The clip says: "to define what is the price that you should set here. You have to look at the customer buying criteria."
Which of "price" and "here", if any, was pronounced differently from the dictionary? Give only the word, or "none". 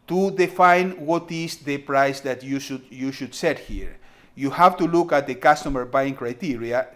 none